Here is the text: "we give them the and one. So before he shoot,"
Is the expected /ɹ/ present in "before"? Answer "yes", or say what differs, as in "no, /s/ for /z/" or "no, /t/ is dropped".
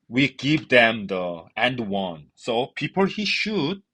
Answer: no, /l/ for /ɹ/